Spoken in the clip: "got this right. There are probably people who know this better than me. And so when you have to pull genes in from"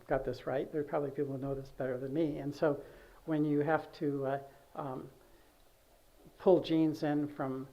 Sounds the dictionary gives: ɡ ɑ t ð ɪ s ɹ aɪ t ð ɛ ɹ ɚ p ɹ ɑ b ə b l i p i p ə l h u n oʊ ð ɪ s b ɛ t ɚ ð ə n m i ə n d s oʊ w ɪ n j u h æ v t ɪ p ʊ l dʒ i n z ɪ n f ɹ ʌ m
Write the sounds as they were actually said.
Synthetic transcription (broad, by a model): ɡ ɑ t ð ɪ s ɹ aɪ t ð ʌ ɹ p ɹ ɑ b ə b l i p i p l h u n oʊ ð ɪ s b ɛ t ɚ ð ə n m i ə n s oʊ w ɪ n j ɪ h æ f t ɪ p ʊ l dʒ i n z ɪ n f ɹ ʌ m